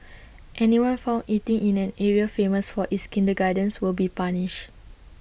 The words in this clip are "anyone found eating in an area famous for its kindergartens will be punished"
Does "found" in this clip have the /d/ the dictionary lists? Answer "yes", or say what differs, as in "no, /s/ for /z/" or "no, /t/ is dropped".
no, /d/ is dropped